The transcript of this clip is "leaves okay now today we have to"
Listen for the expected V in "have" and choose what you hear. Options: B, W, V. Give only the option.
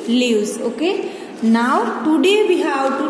W